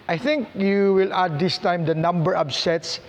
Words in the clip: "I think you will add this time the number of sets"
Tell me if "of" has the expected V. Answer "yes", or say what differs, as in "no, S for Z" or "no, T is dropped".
no, B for V